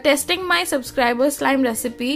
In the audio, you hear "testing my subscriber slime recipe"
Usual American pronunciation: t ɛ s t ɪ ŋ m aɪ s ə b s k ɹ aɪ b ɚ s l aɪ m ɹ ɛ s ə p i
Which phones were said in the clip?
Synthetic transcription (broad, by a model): t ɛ s t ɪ ŋ m aɪ s ə b s k ɹ aɪ b ɚ s l aɪ m ɹ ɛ s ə p i